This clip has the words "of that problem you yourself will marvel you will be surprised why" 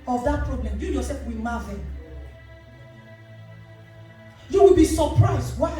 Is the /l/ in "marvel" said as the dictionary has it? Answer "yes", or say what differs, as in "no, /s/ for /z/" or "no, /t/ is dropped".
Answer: no, /n/ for /l/